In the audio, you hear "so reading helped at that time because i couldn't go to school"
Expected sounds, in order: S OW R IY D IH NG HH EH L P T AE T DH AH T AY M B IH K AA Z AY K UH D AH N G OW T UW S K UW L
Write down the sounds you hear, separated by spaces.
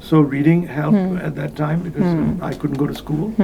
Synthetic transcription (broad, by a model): S OW R IY D IH NG HH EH L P AE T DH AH T AY M B IH K AA Z AY K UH D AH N G OW T UW S K UW L